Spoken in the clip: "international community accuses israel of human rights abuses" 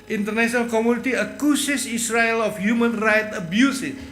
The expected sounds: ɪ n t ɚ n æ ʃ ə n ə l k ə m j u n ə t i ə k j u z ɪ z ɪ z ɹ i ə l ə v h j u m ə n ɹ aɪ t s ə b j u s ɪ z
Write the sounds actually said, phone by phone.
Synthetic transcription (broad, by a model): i n t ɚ n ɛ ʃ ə n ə l k ə m j u n ə t i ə k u s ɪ s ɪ s ɹ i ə l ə f h j u m ə n ɹ aɪ t ə b j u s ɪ